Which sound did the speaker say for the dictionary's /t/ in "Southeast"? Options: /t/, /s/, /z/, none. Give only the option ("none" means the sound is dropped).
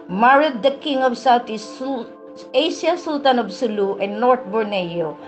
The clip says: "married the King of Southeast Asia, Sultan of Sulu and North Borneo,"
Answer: none